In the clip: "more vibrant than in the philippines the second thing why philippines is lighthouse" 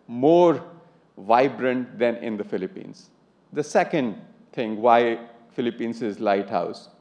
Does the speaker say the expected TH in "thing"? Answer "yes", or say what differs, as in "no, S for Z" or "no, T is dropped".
no, T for TH